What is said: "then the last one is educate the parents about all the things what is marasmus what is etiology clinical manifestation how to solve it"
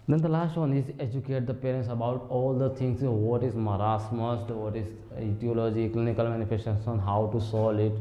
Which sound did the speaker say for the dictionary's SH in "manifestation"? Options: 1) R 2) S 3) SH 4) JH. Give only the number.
2